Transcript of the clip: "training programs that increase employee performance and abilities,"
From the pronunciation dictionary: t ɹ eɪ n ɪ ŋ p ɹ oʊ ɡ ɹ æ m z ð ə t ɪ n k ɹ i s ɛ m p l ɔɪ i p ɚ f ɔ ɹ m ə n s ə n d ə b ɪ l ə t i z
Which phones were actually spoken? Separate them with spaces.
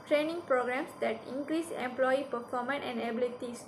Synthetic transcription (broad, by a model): t ɹ eɪ n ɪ ŋ p ɹ oʊ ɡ ɹ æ m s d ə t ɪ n k ɹ i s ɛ m p l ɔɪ i p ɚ f ɔ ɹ m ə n ə n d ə b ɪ l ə t i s